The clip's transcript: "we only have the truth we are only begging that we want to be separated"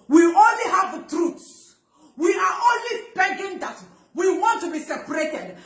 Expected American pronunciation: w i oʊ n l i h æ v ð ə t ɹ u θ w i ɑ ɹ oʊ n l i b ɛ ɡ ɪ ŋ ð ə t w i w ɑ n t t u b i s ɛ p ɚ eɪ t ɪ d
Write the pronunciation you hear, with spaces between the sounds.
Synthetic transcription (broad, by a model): w i oʊ n l i h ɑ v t ɹ u s w i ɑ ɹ oʊ n l i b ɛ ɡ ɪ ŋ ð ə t w i w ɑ n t t u b i s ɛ p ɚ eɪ t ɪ d